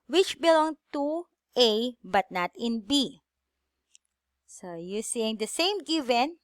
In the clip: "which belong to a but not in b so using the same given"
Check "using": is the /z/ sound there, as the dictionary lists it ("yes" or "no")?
no